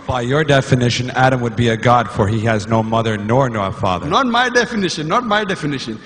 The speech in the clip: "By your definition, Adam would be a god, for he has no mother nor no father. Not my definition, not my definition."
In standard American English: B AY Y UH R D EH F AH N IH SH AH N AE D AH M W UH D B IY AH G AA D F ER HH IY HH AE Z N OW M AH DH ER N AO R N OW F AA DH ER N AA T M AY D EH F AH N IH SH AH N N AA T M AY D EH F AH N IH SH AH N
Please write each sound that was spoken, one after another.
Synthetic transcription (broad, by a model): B AY Y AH R D EH F AH N IH SH AH N AE D AH M W UH D B IY AH G AA D F ER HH IY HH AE Z N OW M AH DH ER N AO R N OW F AA DH ER N AA T M AY D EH F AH N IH SH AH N N AA T M AY D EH F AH N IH SH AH N